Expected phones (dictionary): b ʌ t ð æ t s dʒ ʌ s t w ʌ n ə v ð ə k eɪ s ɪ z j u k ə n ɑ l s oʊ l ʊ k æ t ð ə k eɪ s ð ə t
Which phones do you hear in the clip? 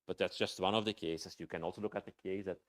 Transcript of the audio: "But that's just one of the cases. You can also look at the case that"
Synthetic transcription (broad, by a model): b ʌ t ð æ t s dʒ ʌ s t w ʌ n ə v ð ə k eɪ s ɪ s j u k ə n ɑ l s oʊ l ʊ k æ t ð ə k eɪ s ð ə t